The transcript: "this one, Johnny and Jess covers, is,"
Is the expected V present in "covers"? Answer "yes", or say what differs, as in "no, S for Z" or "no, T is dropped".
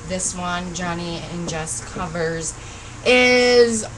yes